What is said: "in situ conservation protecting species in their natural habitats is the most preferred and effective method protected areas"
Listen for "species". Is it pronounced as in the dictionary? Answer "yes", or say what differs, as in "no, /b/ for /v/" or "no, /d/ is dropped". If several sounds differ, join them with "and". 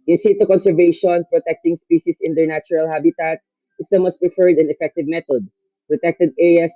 no, /s/ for /z/